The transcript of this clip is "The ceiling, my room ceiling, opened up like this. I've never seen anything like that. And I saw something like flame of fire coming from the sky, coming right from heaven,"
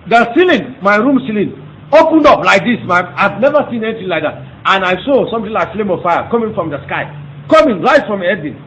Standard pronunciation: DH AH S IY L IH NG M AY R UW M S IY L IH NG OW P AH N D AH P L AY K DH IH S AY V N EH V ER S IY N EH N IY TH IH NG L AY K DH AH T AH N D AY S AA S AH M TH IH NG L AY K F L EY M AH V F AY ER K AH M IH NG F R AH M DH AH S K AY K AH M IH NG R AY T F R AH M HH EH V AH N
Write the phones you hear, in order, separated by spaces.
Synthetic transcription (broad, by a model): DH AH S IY L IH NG M AY R UW M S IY L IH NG OW P AH N D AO P L AY K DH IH S AY V N EH V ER S IY N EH N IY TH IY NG L AY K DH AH T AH N AY S AA S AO M T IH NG L AY K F L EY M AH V F AY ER K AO M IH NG F R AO M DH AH S K AY K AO M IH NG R AY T F R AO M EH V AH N